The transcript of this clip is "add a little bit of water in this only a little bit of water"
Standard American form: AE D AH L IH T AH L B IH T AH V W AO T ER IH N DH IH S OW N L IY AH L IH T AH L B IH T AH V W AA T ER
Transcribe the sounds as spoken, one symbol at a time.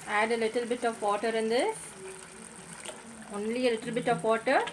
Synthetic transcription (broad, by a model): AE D AH L IH T AH L B IH T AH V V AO T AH IH N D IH OW N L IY AH L IH T AH L B IH T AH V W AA T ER